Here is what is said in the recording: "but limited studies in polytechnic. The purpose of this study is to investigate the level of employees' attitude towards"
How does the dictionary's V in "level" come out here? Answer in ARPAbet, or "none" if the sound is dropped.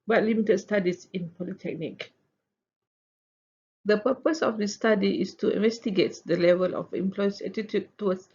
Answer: V